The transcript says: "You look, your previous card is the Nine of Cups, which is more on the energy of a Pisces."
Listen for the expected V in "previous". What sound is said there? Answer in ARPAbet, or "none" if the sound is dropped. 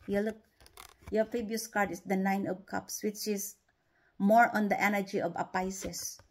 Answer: B